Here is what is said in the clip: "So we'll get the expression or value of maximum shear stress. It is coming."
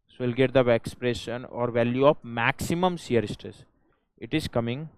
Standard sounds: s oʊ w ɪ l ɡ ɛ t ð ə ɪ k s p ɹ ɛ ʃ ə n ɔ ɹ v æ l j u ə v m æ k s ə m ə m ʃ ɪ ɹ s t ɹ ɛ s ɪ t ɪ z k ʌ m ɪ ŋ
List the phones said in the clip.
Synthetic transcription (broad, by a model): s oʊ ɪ l ɡ ɛ t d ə ɪ k s p ɹ ɛ ʃ ə n ɔ ɹ v æ l j u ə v m æ k s ə m ə m s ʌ ɹ s t ɛ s ɪ t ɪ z k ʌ m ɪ ŋ